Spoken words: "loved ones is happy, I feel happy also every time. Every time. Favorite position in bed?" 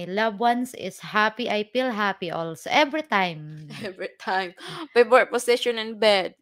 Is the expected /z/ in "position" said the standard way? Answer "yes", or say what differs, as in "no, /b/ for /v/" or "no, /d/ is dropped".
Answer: no, /s/ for /z/